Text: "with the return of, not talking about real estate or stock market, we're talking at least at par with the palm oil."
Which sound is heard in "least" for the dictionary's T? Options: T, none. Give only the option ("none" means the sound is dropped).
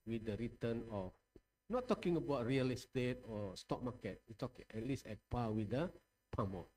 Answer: none